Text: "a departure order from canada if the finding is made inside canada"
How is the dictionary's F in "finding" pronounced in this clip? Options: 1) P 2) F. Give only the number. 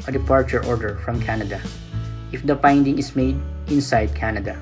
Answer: 1